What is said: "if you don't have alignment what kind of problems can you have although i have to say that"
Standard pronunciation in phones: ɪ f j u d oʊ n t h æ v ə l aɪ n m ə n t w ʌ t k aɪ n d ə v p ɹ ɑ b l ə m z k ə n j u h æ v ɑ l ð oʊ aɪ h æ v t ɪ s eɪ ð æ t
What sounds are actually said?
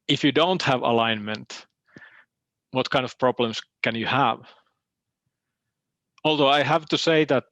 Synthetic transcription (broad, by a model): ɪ f j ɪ d oʊ n t h æ v ə l aɪ n m ə n t w ʌ t k aɪ n d ə v p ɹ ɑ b l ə m s k ə n j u h æ v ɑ l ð oʊ aɪ h æ v t ɪ s eɪ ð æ t